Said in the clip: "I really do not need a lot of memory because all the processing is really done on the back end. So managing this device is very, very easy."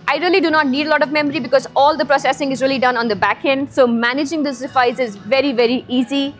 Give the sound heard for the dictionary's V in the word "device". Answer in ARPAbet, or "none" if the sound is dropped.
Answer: F